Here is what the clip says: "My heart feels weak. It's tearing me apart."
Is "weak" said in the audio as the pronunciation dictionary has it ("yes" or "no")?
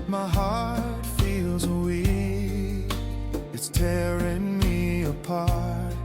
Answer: no